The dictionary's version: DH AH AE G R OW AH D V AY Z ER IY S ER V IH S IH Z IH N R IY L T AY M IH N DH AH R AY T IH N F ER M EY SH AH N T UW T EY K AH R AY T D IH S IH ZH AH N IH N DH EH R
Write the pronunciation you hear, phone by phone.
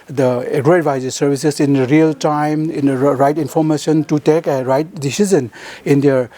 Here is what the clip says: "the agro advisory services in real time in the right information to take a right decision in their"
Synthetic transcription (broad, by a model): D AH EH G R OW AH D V AY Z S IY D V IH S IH S IH N R IY L T AY M IH N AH R AY T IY N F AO M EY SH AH N T UW T EY K AH R AY T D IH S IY Z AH N IH N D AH R